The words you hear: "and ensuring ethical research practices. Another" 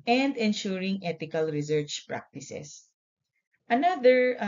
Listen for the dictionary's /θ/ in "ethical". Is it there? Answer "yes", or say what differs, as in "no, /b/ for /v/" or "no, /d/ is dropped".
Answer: no, /t/ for /θ/